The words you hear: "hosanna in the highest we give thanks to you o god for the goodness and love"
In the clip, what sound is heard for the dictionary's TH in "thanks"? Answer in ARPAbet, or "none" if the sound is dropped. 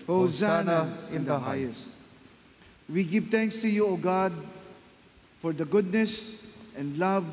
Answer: T